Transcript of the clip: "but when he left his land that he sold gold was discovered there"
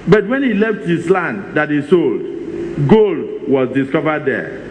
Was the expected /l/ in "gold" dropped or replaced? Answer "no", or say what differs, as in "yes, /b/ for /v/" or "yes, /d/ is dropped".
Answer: no